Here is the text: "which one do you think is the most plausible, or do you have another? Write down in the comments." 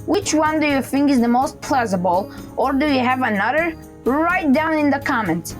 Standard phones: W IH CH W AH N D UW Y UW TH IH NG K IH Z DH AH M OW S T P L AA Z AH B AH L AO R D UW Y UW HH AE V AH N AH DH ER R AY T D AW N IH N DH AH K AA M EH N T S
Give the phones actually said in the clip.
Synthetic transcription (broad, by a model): W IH CH W AH N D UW Y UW TH IH NG K IH Z DH AH M OW S T P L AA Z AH B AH L AO R D UW Y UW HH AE V AH N AH DH ER R AY T D AW N IH N DH AH K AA M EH N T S